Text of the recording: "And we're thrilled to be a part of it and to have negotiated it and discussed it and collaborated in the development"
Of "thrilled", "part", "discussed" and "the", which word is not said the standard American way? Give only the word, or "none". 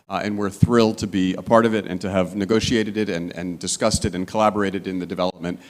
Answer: none